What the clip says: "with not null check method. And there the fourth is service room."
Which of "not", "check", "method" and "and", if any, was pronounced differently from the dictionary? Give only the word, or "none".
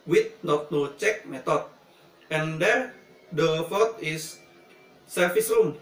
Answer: method